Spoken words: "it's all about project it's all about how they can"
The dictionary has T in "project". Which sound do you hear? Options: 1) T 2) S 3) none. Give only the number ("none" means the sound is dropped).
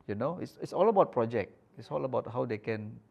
3